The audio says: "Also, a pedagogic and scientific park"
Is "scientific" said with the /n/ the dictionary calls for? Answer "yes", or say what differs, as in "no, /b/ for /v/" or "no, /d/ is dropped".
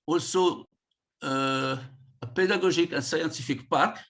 no, /n/ is dropped